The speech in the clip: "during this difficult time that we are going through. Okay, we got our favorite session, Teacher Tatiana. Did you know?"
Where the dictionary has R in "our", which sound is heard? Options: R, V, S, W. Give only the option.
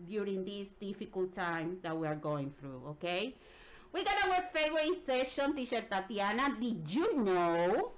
W